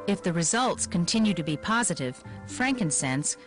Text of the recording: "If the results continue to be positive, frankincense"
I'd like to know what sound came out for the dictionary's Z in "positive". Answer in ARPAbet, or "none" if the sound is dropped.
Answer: Z